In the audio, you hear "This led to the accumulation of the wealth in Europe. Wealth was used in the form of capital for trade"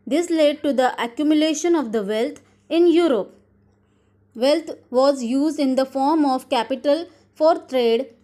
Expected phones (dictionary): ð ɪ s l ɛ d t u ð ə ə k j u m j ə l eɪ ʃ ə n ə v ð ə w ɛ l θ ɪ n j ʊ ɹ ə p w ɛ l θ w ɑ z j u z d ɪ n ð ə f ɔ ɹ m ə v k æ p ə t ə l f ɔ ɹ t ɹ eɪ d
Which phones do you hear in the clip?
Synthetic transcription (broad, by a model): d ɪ s l ɛ d t u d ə ə k j u m j ə l eɪ ʃ ə n ə v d ə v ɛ l t ɪ n j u ɹ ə p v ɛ l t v ɑ z j u z d ɪ n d ə f ɔ ɹ m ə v k æ p ə t ə l f ɔ ɹ t ɹ eɪ d